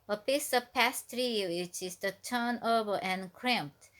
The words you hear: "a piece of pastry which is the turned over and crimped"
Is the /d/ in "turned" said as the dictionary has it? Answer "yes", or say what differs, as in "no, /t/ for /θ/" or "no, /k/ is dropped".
no, /d/ is dropped